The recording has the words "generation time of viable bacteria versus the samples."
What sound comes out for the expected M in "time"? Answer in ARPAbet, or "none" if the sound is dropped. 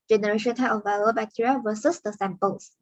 none